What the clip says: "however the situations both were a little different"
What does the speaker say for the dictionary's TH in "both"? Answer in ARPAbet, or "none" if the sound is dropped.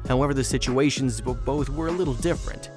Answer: TH